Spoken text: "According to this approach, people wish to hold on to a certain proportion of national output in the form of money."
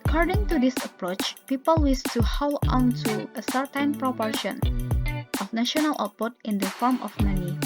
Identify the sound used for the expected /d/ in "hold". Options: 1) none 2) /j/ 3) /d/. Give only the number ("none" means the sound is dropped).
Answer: 1